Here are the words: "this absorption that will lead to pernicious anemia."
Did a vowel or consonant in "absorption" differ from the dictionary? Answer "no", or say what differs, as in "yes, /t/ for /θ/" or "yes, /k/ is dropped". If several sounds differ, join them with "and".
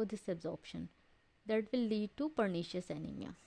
no